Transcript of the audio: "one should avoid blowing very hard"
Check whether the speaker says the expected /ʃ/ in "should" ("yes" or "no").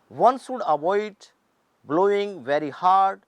no